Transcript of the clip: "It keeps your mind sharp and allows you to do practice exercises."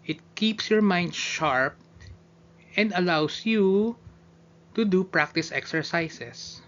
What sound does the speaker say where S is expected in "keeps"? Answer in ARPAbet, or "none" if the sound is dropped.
S